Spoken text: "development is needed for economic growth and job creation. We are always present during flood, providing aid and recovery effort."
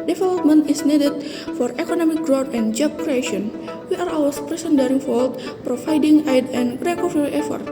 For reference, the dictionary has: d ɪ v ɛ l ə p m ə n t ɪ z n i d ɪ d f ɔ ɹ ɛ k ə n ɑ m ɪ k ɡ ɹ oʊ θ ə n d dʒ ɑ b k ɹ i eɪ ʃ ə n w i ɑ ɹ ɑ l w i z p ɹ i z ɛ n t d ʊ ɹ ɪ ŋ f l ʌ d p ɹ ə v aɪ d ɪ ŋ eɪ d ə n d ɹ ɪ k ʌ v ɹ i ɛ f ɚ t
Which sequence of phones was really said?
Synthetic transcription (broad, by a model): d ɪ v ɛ l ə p m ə n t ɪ s n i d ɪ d f ɔ ɹ ɛ k ə n ɑ m ɪ k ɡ ɹ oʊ t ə n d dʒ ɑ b k ɹ i eɪ ʃ ə n w i ɑ ɹ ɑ w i s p ɹ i s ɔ n d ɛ ɹ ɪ ŋ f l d p ɹ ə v aɪ d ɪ ŋ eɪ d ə n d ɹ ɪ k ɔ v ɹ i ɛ f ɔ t